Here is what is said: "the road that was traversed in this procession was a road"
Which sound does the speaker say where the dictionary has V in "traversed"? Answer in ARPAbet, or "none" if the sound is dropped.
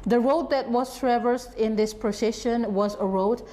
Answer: V